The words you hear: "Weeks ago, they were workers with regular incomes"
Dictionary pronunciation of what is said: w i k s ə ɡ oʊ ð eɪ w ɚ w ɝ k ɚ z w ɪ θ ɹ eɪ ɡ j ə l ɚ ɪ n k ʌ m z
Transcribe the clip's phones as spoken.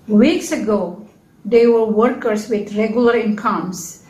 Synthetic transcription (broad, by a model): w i k s ə ɡ oʊ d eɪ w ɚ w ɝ k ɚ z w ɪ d ɹ eɪ ɡ j ə l ɚ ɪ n k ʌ m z